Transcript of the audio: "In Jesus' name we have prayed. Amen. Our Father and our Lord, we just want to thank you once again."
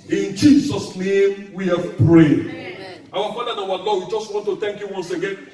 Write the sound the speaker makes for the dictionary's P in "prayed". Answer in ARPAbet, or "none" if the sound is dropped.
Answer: P